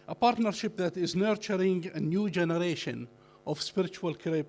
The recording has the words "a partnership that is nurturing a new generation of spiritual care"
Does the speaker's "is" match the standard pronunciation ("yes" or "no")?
yes